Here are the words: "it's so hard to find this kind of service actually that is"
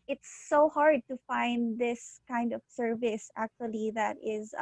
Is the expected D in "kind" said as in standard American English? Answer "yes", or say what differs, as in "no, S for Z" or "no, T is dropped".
yes